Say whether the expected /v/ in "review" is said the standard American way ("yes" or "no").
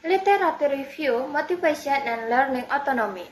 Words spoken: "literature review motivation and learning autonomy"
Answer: no